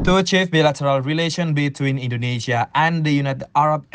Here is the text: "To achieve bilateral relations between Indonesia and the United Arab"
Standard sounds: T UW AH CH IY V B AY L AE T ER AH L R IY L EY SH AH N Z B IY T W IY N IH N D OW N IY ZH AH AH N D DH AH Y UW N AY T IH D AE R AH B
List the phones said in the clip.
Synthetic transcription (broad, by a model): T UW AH CH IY F B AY L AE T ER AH L R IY L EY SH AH N B IY T W IY N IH N D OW N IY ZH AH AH N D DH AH Y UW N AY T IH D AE R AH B